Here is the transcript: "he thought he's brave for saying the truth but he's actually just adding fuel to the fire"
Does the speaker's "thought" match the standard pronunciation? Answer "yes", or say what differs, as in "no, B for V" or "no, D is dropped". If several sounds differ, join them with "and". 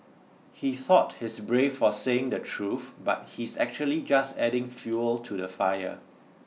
yes